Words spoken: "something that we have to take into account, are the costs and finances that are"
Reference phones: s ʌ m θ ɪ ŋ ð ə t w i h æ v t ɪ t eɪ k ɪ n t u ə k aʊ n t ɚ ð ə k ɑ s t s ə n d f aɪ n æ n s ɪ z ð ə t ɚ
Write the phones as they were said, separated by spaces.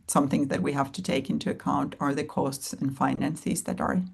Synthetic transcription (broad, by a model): s ʌ m θ ɪ ŋ ð ə t w i h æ f t ɪ t eɪ k ɪ n t u ə k aʊ n t ɚ ð ə k ɑ s t s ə n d f aɪ n æ n s ɪ z ð ə t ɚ